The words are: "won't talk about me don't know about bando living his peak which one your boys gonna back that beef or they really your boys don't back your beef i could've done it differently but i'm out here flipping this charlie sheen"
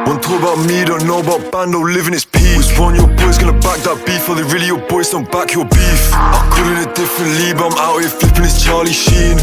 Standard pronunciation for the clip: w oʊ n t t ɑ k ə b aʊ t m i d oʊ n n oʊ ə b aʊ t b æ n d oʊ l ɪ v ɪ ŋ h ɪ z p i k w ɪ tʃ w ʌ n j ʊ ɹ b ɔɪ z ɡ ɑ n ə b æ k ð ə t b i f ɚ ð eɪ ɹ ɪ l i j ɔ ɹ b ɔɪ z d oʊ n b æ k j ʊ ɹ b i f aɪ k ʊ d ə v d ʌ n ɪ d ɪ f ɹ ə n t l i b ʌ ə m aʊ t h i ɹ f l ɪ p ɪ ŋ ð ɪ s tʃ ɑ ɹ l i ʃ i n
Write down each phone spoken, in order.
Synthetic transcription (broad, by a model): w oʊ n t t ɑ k ə b aʊ t m i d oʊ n n oʊ ə b aʊ t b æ n d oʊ l ɪ v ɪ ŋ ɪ s p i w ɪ s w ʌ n j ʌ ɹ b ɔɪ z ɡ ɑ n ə b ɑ k ð ə t b i f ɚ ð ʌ ɹ ɪ l i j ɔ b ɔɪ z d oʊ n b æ k j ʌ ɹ b i f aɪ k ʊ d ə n ɪ d ɪ f ɹ ə n t l i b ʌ ə m aʊ t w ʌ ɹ f l ɪ p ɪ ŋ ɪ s tʃ ɑ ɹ l i ʃ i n